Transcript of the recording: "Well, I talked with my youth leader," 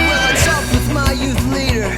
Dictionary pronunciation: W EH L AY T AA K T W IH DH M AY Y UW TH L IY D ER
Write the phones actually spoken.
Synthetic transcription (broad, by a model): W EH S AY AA T W IH DH M AY Y UW TH L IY D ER